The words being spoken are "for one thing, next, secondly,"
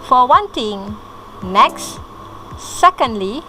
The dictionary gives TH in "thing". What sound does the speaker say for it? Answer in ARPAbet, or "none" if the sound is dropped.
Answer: T